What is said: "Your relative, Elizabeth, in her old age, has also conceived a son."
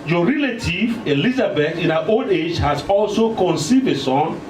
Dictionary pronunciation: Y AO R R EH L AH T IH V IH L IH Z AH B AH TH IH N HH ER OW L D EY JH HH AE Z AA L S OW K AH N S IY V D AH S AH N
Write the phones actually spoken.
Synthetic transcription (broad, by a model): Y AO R R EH L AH T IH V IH L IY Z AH B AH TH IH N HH OW L D EY JH HH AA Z AA L S OW K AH N S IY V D AH S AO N